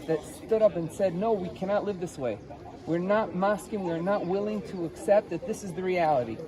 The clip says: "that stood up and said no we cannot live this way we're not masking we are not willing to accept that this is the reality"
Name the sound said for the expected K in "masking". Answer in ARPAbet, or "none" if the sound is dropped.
K